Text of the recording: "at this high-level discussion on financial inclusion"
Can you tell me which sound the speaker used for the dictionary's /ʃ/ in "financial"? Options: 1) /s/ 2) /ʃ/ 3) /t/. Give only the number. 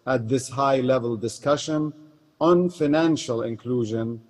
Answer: 2